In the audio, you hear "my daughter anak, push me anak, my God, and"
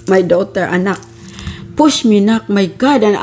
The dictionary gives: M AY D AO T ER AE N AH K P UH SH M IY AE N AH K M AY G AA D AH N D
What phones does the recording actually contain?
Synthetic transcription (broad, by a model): M AY D AO T ER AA N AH K P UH S M IY N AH K M AY G AA D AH N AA